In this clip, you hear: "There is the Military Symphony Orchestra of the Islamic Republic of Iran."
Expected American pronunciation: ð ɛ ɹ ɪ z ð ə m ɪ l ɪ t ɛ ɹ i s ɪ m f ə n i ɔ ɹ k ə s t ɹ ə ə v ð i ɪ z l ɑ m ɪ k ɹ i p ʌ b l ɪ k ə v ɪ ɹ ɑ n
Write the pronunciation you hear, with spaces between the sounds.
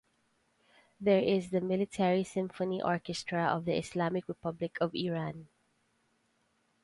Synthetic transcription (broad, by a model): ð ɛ ɹ ɪ z ð ə m ɪ l ɪ t ɛ ɹ i s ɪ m f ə n i ɔ ɹ k ə s t ɹ ə ə v ð i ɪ s l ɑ m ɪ k ɹ i p ʌ b l ɪ k ə v ɪ ɹ ɑ n